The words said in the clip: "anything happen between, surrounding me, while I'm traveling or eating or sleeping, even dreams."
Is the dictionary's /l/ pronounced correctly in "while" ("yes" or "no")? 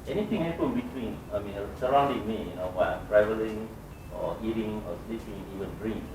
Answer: no